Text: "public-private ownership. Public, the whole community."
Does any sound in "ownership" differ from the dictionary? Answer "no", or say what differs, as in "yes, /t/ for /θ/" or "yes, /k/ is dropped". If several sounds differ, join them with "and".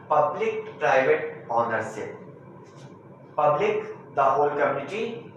yes, /s/ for /ʃ/